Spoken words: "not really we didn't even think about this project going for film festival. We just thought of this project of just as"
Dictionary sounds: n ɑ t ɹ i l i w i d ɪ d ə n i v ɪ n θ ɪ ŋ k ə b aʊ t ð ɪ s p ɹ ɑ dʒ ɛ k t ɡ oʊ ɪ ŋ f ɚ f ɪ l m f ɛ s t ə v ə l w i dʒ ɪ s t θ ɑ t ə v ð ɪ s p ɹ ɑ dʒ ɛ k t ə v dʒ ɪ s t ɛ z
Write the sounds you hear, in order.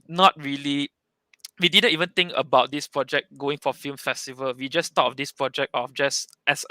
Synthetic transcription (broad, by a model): n ɑ t ɹ i l i w i d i d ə n i v ɪ n t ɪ ŋ k ə b aʊ t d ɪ s p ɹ ɑ dʒ ɛ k ɡ oʊ ɪ ŋ f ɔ f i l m f ɛ s t ə v ə l w i dʒ ɪ s t ɑ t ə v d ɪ s p ɹ ɑ dʒ ɛ k t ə f dʒ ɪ s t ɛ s